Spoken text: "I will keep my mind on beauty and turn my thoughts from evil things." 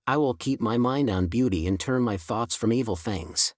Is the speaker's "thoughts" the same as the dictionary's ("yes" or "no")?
yes